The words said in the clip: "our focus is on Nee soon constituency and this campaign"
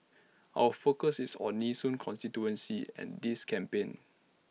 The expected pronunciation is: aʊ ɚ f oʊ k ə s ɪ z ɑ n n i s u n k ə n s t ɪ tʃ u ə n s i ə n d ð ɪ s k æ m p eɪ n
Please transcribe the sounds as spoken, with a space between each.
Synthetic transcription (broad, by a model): aʊ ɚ f oʊ k ə s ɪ s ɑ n n i s u n k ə n s t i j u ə n s i ə n d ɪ s k æ m p eɪ n